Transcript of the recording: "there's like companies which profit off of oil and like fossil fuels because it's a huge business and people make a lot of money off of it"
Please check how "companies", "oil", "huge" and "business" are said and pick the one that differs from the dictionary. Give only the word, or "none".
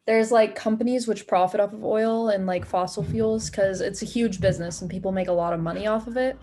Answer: none